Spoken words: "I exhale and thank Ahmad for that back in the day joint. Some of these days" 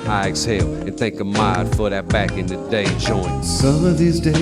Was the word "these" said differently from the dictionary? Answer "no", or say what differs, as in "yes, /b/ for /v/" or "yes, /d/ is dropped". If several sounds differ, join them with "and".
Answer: no